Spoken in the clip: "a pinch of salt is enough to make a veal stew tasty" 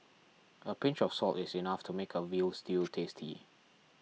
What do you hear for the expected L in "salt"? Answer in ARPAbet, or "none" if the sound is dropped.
L